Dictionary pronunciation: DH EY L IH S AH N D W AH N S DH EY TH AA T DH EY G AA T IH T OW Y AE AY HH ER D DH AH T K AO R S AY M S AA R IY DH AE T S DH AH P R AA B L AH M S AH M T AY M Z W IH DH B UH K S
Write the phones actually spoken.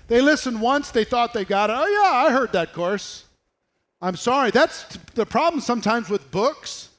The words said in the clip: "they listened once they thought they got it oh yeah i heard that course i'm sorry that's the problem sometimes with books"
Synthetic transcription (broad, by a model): DH EY L IH S AH N D W AH N S DH EY TH AA T DH EY G AA T IH T OW Y AE AY HH ER D DH AH T K AO R S AY M S AA R IY DH AE T S DH AH P R AA B L AH M S AH M T AY M Z W IH DH B UH K S